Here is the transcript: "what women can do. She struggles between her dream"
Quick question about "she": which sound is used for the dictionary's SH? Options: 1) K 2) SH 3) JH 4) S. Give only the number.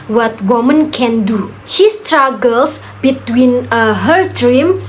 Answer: 2